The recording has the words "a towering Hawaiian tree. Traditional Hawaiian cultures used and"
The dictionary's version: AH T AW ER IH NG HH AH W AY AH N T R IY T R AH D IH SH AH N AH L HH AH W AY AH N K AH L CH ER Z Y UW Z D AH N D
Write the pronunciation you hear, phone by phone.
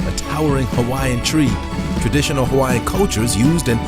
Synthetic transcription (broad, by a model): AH T AW ER IH NG HH AH W AY AH N T R IY T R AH D IH SH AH N L HH AH W AY AH N K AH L CH ER Z Y UW Z D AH N